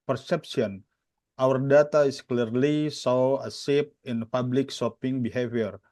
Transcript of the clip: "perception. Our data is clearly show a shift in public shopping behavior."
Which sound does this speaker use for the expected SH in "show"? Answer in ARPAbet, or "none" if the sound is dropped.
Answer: S